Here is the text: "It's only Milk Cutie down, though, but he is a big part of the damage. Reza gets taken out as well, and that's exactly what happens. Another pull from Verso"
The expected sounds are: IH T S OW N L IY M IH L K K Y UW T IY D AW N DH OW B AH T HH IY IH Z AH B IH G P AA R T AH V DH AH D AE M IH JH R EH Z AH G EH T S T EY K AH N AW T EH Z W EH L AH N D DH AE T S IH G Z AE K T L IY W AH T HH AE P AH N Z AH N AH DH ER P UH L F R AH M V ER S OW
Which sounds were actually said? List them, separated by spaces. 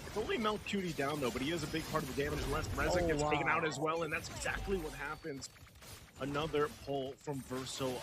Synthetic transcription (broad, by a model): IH T S OW N L IY M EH L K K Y UW T IY D AW N DH OW B AH T HH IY IH Z AH B IH G P AA R T AH V DH AH D AE M IH JH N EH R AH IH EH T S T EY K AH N AW T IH Z W EH L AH N DH AE T S IH G Z AE K T L IY W AH T HH AE P AH N Z AH N AH DH ER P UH L F R AH M V ER S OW